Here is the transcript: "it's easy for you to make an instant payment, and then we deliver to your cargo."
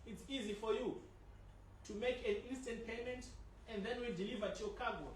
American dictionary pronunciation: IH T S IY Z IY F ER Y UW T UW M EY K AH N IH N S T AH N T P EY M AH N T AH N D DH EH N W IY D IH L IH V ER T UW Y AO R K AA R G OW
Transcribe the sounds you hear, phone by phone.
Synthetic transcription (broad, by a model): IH T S IY Z IY F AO Y UW T UW M EY K AH N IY N S T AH N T P EY M AH N T AH N D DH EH N W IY D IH L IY V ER T UW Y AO K AA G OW